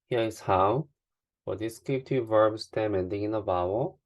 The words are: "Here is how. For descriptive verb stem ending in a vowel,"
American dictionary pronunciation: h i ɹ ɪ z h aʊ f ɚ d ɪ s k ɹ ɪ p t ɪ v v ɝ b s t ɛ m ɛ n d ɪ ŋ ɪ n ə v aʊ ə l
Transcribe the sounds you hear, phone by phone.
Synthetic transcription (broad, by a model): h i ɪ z h aʊ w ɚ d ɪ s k ɪ t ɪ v v ɝ b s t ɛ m ɛ n d ɪ ŋ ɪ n ə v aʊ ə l